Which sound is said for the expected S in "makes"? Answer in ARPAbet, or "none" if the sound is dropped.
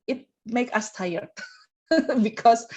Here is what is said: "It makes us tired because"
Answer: none